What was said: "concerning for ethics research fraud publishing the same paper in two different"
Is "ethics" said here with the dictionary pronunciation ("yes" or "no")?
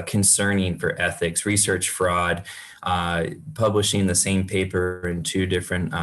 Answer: yes